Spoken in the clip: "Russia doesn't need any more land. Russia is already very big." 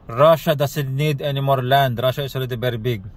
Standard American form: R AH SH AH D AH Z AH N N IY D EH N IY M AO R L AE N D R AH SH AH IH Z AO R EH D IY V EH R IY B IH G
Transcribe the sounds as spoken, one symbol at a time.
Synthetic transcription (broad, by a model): R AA SH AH D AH S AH L N IY D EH N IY M AO R L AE N D R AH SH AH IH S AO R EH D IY B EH R B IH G